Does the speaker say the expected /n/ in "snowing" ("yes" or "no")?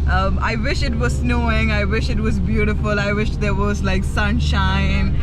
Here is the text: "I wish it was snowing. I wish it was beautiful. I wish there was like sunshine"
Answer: yes